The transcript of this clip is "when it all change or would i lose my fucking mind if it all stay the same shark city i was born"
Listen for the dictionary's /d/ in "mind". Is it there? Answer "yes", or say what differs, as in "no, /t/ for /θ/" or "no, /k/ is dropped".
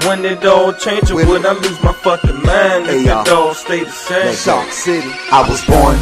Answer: no, /d/ is dropped